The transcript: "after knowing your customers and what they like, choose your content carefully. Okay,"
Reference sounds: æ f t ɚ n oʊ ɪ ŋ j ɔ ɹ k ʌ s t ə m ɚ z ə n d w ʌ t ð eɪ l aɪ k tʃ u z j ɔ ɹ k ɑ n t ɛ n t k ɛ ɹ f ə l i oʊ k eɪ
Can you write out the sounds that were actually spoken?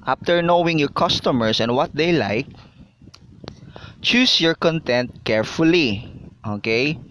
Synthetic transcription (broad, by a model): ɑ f t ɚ n oʊ ɪ ŋ j ɔ ɹ k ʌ s t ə m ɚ s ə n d w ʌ t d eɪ l aɪ k tʃ u s j ɔ ɹ k ɑ n t ɛ n t k ɛ ɹ f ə l i oʊ k eɪ